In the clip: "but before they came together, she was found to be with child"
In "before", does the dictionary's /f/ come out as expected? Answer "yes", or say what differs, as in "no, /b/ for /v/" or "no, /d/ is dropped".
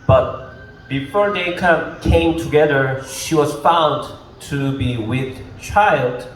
yes